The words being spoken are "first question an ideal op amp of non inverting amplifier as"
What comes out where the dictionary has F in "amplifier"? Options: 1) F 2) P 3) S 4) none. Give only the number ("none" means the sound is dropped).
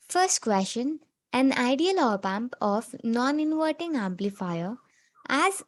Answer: 1